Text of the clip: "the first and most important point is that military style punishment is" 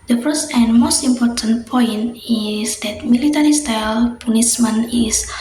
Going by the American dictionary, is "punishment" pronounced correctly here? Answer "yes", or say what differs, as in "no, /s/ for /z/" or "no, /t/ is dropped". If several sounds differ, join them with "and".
no, /s/ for /ʃ/ and /t/ is dropped